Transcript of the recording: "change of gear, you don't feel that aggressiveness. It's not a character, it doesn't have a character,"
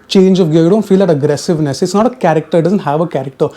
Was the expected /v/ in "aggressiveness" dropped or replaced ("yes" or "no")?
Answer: no